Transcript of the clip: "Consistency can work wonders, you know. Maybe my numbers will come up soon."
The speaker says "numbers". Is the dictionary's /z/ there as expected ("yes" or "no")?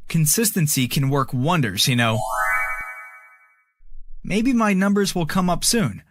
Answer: yes